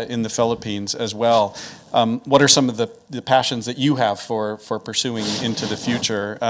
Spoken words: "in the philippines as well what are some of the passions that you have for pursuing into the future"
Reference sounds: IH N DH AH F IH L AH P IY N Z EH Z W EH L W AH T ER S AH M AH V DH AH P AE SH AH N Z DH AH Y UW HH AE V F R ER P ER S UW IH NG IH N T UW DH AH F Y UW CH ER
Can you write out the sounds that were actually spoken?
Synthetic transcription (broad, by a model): IH N DH AH F IH L AH P IY N Z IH Z W EH L W AH T ER S AH M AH V DH AH P AE SH AH N Z DH AH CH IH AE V F R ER P ER S UW IH NG IH N T UW DH AH F Y UW CH ER